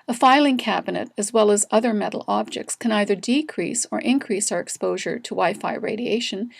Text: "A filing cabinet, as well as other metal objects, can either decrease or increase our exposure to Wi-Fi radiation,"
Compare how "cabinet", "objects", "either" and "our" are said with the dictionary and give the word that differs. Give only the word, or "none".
none